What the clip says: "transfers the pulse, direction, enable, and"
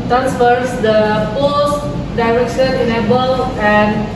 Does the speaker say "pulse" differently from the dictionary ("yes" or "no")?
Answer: yes